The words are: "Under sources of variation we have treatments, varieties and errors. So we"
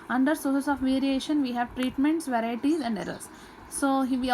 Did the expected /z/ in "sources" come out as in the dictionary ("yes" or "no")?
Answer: no